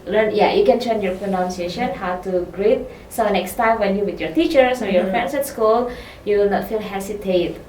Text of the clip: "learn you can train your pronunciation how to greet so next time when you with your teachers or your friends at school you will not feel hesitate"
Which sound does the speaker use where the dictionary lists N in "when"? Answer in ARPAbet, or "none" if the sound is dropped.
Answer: N